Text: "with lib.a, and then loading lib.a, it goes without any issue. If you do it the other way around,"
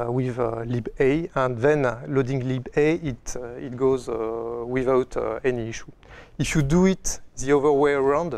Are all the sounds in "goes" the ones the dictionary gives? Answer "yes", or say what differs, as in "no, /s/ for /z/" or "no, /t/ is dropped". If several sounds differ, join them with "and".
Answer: yes